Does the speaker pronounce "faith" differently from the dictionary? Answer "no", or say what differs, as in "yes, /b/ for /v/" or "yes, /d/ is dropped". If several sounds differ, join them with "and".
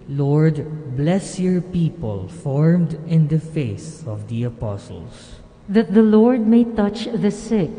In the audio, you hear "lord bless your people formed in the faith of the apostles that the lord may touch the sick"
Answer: yes, /s/ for /θ/